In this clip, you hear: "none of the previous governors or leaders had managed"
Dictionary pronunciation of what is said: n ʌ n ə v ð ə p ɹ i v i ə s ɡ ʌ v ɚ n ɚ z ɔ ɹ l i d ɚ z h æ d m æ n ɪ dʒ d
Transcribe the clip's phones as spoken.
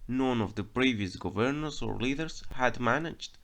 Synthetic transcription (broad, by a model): n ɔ n ə v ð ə p ɹ i v i ə s ɡ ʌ v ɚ n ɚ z ɔ ɹ l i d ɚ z h æ d m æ n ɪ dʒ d